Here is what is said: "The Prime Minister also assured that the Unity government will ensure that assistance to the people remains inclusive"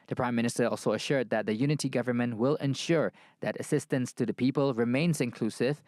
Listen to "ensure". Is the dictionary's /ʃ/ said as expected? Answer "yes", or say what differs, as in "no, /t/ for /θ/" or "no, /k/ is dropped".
yes